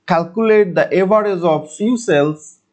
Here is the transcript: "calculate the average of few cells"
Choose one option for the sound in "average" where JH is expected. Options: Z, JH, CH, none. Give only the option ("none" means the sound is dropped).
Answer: Z